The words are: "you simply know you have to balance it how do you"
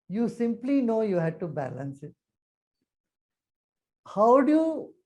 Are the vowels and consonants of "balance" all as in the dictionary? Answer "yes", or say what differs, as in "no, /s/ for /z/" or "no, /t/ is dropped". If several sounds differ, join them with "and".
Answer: yes